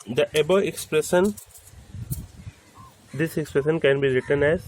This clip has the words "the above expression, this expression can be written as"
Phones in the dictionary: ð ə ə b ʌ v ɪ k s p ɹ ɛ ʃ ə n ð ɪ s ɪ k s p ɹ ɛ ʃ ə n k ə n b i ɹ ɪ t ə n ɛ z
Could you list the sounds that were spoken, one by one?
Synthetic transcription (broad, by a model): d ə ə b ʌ ɪ k s p ɹ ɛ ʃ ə n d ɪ s ɪ k s p ɹ ɛ ʃ ə n k ə n b i ɹ ɪ t ə n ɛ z